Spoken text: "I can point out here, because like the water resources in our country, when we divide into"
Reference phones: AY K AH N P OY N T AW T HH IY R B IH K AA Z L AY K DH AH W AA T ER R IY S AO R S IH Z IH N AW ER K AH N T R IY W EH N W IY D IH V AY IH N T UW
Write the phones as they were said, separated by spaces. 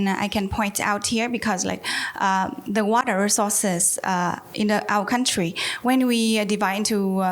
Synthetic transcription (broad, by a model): AY K AH N P OY N T AW T HH IY R B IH K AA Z L AY K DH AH W AA T ER R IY S AO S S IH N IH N AW ER K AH N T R IY W EH N W IY D IH V AY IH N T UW